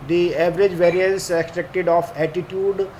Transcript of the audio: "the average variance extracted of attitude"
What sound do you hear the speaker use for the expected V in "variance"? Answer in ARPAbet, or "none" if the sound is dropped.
V